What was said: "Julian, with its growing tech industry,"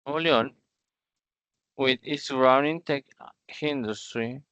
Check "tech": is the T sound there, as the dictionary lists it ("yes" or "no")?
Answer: yes